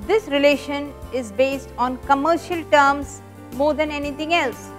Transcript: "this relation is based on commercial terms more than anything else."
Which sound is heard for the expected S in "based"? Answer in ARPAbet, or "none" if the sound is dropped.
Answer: S